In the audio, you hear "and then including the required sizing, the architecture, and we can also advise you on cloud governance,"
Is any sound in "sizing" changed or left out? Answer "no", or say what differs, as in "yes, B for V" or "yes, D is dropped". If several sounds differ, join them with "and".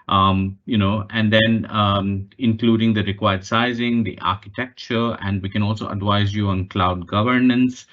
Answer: no